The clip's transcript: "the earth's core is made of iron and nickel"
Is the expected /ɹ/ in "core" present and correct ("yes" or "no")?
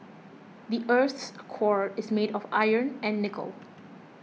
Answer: yes